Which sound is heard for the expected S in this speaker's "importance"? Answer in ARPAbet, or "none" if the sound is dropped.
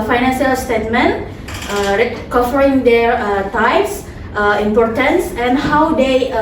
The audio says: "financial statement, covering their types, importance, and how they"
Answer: S